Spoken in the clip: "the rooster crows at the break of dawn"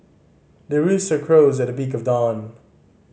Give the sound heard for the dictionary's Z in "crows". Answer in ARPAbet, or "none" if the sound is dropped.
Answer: Z